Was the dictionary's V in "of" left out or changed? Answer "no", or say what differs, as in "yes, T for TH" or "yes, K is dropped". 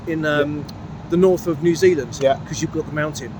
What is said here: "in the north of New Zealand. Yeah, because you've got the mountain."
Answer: no